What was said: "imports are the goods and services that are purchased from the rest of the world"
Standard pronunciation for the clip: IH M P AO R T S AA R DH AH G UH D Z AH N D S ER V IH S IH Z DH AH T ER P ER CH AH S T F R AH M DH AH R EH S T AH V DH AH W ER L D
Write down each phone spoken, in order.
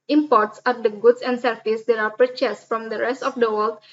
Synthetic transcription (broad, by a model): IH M P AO R T S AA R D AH G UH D S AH N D S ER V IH S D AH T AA P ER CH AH S F R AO M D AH R EH S T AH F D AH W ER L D